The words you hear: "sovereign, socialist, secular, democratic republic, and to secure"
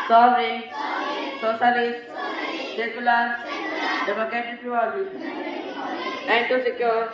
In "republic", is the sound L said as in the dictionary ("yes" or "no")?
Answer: no